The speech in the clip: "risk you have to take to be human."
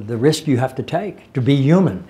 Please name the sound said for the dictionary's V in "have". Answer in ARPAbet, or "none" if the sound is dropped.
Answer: F